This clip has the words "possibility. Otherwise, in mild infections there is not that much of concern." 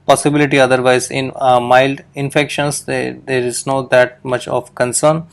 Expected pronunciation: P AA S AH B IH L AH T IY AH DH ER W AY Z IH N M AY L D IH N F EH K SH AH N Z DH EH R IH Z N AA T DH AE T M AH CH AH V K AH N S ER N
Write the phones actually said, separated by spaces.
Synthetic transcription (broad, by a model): P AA S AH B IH L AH T IY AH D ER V AY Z IH N M AY L D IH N F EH K SH AH N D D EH R IH Z N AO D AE T M AH CH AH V K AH N S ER N